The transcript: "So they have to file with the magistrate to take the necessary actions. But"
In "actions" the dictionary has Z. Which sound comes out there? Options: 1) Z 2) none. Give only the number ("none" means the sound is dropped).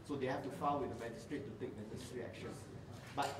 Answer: 2